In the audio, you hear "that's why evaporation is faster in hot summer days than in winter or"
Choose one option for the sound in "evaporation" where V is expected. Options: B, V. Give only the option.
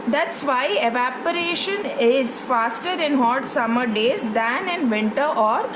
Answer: V